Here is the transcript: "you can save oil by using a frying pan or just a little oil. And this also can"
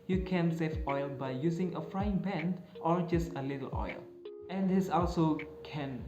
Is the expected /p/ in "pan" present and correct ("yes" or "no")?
no